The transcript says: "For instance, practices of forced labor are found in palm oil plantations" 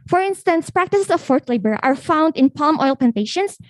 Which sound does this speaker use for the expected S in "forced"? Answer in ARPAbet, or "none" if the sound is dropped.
none